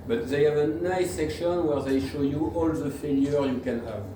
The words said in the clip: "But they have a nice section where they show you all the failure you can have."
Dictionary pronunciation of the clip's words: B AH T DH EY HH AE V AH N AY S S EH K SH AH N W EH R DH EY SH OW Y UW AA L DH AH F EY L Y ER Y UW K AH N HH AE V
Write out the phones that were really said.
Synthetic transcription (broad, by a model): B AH T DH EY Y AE V AH N AY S S EH K SH AH N W EH R DH EY SH OW Y UW AA L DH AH F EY L Y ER Y UW K AH N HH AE V